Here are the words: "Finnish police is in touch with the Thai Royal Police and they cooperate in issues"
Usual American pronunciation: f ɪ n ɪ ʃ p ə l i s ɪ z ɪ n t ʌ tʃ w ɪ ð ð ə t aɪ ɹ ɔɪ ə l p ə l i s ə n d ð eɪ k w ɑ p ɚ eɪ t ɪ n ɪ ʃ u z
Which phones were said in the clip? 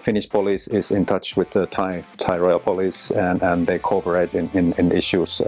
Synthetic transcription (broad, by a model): f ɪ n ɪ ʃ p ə l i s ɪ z ɪ n t ʌ tʃ w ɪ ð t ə t aɪ ɹ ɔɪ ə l p ə l i s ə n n ð eɪ k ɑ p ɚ eɪ t ɪ n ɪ ʃ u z